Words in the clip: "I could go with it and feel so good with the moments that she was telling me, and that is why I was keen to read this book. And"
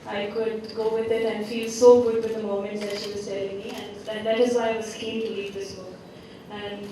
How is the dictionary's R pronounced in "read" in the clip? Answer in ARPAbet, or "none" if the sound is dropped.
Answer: L